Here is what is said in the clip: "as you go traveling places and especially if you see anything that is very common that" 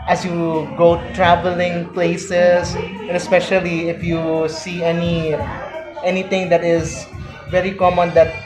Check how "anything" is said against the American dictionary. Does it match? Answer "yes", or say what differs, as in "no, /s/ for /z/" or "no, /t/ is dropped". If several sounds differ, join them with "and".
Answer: no, /t/ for /θ/